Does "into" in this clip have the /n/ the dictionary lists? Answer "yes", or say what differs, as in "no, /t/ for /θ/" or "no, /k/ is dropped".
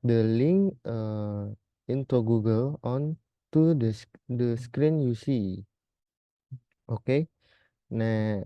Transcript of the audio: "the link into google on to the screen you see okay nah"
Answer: yes